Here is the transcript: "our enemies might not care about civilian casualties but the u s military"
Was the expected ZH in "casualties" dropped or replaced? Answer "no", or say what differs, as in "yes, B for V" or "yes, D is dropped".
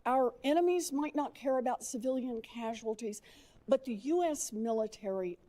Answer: no